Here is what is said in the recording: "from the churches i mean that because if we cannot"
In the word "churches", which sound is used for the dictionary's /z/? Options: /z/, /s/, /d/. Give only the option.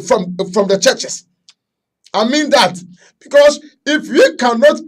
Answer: /s/